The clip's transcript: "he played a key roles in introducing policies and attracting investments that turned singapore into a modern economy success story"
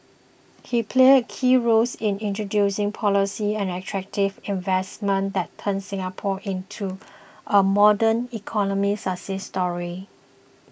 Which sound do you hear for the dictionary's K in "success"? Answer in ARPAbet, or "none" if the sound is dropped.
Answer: none